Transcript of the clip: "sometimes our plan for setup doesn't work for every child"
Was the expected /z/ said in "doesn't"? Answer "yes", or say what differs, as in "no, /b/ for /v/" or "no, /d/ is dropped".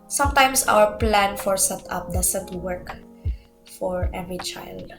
no, /s/ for /z/